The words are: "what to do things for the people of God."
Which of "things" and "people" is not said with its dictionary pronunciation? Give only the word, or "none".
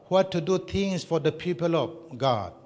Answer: things